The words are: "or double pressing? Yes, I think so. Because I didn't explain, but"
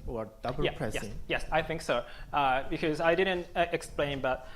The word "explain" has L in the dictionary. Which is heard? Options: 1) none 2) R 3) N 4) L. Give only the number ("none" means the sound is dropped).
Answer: 4